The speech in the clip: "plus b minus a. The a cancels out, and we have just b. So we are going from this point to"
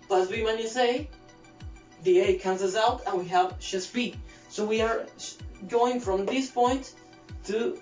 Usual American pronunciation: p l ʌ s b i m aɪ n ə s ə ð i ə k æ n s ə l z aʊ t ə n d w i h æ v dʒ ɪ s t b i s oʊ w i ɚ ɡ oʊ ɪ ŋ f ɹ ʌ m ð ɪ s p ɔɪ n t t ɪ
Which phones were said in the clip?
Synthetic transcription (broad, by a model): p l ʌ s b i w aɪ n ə s ə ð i ə k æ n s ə z aʊ t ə n w i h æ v ʃ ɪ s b i s oʊ w i ɚ ɡ oʊ ɪ ŋ f ɹ ʌ m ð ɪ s p ɔɪ n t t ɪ